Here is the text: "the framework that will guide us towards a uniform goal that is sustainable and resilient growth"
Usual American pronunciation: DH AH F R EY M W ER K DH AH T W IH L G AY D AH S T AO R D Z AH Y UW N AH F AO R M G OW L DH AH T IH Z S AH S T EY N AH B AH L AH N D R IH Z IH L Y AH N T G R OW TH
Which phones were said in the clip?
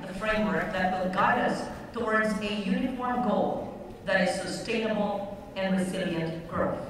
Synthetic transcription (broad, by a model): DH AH F R EY M W ER K DH AH T W IH L G AY D AH S T AO R D Z AH Y UW N AH F AO R M G OW L DH AH T IH Z S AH S T EY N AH B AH L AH N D R IH Z IH L Y AH N T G R OW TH